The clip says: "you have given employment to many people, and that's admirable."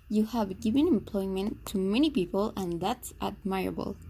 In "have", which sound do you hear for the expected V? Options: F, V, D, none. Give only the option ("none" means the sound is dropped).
V